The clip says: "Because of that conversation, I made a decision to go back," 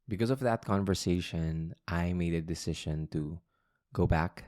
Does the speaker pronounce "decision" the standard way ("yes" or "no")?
no